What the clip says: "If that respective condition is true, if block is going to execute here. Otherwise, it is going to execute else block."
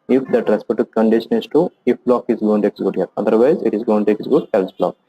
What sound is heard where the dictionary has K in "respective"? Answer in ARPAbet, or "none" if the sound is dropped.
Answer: none